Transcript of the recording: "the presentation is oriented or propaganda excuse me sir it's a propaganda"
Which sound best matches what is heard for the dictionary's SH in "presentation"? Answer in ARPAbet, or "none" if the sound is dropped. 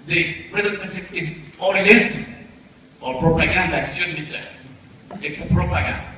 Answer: S